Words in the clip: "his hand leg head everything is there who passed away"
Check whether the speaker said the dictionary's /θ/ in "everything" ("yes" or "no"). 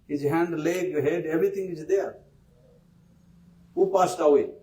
no